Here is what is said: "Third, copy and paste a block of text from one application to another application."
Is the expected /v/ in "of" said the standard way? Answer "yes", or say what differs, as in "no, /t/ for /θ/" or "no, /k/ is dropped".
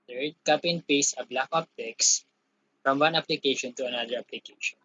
no, /p/ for /v/